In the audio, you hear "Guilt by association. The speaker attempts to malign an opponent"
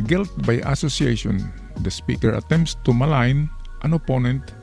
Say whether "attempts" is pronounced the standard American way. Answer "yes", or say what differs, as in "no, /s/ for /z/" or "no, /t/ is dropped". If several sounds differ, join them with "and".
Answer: yes